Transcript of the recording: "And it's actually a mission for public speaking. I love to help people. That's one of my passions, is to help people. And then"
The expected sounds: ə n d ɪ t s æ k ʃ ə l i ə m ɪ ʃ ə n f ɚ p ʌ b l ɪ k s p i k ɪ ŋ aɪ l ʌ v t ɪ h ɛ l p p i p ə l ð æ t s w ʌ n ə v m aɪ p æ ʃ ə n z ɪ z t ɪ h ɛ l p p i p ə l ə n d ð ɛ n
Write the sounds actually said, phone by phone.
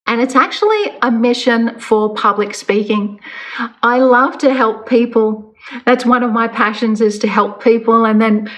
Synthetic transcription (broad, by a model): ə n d ɪ t s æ k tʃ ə l i ə m ɪ ʃ ə n f ɚ p ʌ b l ɪ k s p i k ɪ ŋ aɪ l ʌ v t ɪ h ɛ l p p i p ə l ð æ t s w ʌ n ə v m aɪ p æ ʃ ə n z ɪ z t ɪ h ɛ l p p i p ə l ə n ð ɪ n